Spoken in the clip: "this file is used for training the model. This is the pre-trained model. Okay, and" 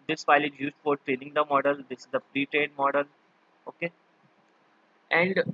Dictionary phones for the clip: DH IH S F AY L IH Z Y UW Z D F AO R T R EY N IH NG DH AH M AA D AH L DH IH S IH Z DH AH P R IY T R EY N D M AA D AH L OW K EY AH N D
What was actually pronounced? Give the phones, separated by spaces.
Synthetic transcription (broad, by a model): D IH S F AY L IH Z Y UW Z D F AO R T R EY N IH NG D AH M AA D AH L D IH S IH Z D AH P R IY T R EY D M AA D AH L OW K EY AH N D